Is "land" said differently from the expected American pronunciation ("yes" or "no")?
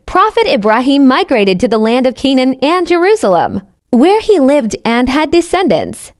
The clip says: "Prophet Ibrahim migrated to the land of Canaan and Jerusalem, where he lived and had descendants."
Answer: no